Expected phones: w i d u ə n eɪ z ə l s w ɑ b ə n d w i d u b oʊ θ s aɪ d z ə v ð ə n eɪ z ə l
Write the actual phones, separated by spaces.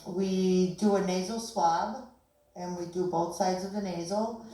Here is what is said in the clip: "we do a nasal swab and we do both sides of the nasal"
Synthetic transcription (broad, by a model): w i d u ə n eɪ z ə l s w ɑ b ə n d w i d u b oʊ θ s aɪ d z ə v ð ə n eɪ z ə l